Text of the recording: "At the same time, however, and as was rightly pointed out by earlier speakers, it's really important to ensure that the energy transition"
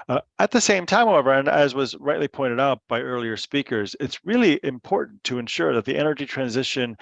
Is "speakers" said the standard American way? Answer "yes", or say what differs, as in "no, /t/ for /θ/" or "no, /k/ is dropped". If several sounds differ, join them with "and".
yes